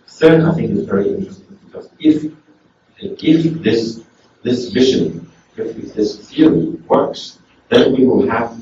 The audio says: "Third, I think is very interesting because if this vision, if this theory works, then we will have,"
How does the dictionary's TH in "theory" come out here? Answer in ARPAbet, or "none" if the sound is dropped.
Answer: F